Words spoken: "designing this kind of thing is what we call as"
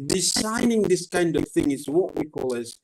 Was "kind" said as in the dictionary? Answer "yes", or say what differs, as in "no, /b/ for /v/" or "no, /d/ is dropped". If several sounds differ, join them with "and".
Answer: yes